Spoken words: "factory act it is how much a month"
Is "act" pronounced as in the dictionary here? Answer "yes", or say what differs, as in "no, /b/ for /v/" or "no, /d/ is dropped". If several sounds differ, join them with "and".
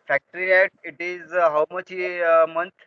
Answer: no, /k/ is dropped